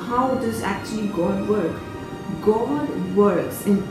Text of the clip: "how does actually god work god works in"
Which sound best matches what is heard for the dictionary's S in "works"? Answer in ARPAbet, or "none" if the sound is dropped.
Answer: S